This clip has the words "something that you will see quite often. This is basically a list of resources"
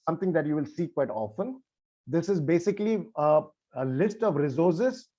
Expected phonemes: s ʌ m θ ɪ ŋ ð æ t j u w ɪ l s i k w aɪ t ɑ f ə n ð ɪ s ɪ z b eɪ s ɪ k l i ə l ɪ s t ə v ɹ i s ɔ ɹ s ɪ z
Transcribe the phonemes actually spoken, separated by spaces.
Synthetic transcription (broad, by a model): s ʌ m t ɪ ŋ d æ t j u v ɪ l s i k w aɪ t ɑ f ə n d ɪ s ɪ z b eɪ s ɪ k l i ə l ɪ s t ə v ɹ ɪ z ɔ ɹ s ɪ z